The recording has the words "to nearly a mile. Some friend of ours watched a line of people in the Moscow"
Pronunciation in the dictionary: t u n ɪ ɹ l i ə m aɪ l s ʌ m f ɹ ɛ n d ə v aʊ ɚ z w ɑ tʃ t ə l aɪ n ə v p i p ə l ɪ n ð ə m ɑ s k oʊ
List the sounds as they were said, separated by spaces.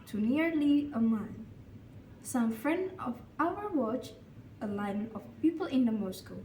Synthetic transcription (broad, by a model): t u n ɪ ɹ l i ə m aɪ n s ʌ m f ɹ ɛ n d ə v aʊ ɚ w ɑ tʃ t ə l aɪ n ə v p i p ə l ɪ n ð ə m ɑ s k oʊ